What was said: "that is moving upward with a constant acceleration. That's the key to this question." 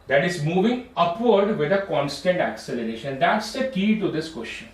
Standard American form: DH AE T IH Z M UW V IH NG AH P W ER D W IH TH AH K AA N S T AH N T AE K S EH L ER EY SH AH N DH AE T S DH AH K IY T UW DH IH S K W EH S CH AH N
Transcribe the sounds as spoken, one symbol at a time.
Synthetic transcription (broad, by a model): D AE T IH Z M UW V IH NG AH P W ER D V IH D AH K AA N S T AH N T AE K S EH L ER EY SH AH N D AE T S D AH K IY T UW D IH S K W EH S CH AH N